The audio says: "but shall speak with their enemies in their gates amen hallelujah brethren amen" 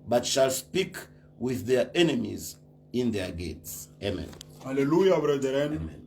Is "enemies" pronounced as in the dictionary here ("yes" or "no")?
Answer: yes